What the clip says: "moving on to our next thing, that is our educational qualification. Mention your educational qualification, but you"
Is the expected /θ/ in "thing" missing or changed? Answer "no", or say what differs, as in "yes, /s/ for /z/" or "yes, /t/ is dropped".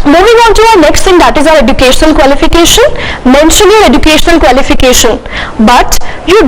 yes, /t/ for /θ/